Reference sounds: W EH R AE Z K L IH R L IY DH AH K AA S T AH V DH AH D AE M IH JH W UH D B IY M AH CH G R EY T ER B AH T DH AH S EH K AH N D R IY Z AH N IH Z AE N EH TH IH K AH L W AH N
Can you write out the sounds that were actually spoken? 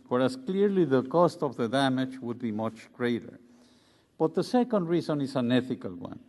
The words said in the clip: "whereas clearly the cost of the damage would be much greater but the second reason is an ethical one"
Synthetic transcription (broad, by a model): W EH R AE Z K L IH R L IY DH AH K AA S T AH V DH AH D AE M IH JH W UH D B IY M AH CH G R EY T ER B AH T DH AH S EH K AH N D R IY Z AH N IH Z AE N EH TH IH K AH L W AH N